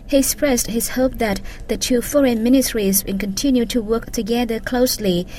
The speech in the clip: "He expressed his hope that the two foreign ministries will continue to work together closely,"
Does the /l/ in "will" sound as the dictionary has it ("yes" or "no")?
no